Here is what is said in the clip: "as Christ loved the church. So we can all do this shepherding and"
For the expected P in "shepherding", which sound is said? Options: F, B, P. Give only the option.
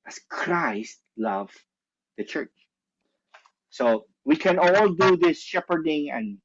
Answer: P